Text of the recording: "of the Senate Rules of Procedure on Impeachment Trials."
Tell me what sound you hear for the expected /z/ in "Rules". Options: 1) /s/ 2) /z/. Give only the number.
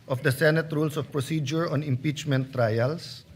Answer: 1